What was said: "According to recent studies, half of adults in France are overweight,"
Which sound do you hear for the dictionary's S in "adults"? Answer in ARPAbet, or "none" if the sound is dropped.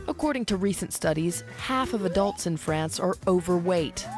S